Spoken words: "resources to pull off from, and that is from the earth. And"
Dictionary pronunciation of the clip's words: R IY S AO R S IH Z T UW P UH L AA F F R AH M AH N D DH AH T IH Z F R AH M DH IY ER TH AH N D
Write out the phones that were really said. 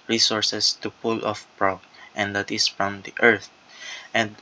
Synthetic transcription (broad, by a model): R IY S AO R S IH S T UW P UH L AA F P R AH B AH N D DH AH T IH S F R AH M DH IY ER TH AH N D